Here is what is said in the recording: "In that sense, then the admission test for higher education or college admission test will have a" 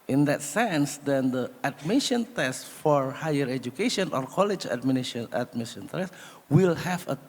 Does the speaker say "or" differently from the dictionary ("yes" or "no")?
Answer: no